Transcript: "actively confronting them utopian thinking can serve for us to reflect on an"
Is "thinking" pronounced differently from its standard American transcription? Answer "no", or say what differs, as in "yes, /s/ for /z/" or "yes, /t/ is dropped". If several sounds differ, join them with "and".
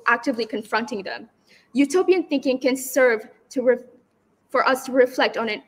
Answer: no